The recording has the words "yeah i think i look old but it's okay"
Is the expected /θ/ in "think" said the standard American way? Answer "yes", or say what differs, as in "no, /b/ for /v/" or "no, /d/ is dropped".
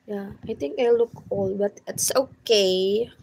no, /t/ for /θ/